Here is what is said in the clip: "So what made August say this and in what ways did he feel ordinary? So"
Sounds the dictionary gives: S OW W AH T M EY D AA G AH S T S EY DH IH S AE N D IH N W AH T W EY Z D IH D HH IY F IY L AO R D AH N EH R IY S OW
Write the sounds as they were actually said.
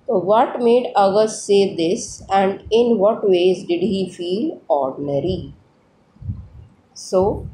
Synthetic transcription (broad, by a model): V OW T M EY D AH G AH T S EY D IH S AE N D IH N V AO T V EY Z D IH D HH IY F IY L AO R D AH N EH R IY S OW